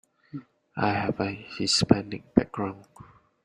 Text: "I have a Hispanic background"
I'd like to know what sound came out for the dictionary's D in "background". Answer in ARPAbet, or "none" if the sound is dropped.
none